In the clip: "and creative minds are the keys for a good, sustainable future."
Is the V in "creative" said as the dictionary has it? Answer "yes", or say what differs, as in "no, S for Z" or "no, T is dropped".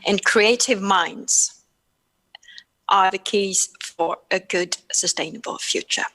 yes